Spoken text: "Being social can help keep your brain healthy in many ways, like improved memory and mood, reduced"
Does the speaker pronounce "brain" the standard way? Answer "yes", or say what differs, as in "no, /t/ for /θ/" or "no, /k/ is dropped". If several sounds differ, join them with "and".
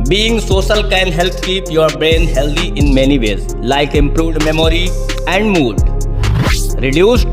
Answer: yes